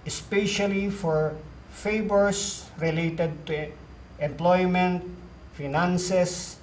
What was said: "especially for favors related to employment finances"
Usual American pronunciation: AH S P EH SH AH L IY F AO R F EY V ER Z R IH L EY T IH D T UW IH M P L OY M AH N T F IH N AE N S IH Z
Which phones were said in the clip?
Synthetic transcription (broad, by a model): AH S P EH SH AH L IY F AO R F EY B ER S R IH L EY T IH D T UW IH M P L OY M AH N T F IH N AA N S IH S